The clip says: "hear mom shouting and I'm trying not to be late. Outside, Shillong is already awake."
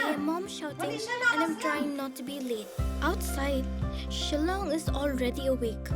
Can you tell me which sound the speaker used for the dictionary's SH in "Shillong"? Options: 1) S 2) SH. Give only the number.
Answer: 2